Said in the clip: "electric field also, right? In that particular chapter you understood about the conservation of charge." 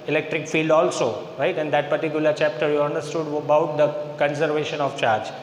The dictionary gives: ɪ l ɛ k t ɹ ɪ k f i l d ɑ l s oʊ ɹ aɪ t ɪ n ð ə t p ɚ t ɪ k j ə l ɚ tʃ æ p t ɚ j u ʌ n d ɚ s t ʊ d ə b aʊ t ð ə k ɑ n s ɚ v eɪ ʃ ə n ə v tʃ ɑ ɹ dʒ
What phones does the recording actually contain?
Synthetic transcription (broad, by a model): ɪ l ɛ k t ɹ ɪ k f i l d ɑ l s oʊ ɹ aɪ t ɪ n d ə t p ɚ t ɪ k j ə l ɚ tʃ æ p t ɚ j u ʌ n d ɚ s t ʊ d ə b aʊ t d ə k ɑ n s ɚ v eɪ ʃ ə n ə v tʃ ɑ ɹ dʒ